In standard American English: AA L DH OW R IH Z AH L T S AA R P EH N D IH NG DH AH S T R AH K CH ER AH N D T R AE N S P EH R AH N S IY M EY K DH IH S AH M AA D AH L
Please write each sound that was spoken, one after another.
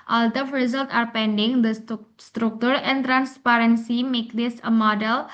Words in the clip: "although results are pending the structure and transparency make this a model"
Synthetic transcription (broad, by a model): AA L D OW R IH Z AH L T AA R P EH N D IH NG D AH S T R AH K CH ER AH N D T R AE N S P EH R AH N S IY M EY K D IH S AH M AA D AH L